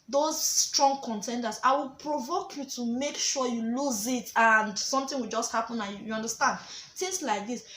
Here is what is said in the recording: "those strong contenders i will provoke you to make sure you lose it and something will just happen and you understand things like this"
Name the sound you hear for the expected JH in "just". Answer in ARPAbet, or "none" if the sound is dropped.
JH